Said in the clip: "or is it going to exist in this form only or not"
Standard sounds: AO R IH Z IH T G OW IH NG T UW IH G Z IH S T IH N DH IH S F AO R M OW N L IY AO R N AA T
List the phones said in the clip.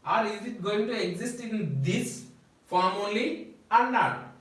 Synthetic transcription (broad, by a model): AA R IH Z IH T G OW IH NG T UW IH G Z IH S T IH N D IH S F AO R M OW L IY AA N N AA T